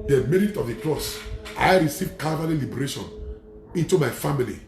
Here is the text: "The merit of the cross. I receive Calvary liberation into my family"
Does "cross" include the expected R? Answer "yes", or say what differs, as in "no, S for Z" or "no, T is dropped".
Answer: no, L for R